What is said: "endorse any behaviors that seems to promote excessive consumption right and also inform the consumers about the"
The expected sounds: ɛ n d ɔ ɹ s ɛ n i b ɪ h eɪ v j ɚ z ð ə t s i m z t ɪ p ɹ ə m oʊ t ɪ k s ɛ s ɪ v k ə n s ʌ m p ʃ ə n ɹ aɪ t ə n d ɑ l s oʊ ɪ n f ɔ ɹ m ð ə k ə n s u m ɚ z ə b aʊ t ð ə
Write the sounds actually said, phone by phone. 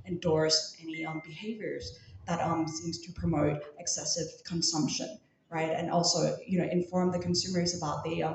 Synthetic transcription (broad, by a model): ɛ n d ɔ ɹ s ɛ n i b ɪ h eɪ v j ɚ z ð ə t s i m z t ɪ p ɹ ə m oʊ t ɪ k s ɛ s ɪ v k ə n s ʌ m p ʃ ə n ɹ aɪ t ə n ɑ l s oʊ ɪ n f ɔ ɹ m ð ə k ə n s u m ɚ z ə b aʊ t ð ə